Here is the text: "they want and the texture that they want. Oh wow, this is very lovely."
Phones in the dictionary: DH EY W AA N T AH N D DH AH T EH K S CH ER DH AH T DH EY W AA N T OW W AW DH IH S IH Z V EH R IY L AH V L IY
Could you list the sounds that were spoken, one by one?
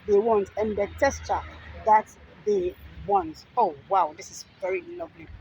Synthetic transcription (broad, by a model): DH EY W AA N T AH N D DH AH T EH S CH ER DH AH T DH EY W AA N T OW W AW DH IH S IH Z V EH R IY L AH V L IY